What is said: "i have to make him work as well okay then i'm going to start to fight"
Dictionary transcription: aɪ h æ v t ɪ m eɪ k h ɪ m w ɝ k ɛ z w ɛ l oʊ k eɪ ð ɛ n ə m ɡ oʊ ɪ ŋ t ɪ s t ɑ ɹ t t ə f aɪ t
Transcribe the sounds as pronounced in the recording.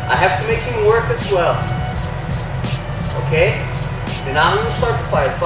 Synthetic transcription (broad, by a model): aɪ h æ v t ɪ m eɪ k h ɪ m w ɝ k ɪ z w ɛ l oʊ k eɪ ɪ ə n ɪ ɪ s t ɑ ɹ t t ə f aɪ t